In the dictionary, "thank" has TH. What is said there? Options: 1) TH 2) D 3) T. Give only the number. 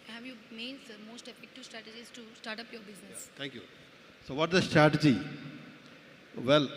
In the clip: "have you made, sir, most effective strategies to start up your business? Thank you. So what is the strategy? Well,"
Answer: 3